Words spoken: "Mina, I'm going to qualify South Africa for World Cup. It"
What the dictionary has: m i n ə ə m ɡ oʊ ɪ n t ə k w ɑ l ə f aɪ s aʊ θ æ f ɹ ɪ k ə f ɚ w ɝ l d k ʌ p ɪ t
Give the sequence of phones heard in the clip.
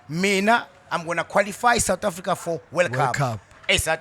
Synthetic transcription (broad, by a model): m i n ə ə m ɡ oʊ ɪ n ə k w ɑ l ə f aɪ s aʊ t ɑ f ɹ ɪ k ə f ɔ w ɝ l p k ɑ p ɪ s